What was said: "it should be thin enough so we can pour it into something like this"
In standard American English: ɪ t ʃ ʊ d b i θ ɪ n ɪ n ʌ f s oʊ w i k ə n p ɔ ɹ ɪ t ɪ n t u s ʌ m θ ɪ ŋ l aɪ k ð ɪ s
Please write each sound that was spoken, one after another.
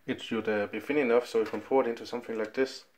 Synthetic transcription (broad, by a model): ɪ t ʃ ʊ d b i f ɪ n ɪ n ʌ f s oʊ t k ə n f ɔ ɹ ɪ t ɪ n t u s ʌ m θ ɪ ŋ l aɪ k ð ɪ s